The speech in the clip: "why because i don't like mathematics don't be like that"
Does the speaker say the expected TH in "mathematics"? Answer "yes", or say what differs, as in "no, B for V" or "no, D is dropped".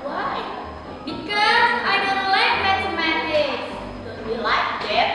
no, S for TH